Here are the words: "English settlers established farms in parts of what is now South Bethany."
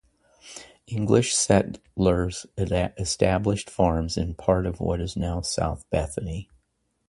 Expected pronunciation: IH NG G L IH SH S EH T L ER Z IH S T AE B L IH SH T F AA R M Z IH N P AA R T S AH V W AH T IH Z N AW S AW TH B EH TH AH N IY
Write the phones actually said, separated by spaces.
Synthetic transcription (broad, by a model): IH NG G L IH SH S EH T L ER Z IH S T AE B L IH SH T F AA R M Z IH N P AA R T AH V W AH T IH Z N AW S AW TH B EH TH AH N IY